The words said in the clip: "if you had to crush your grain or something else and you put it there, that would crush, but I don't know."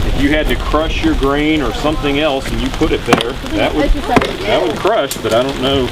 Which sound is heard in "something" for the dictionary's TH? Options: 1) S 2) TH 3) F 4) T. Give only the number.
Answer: 2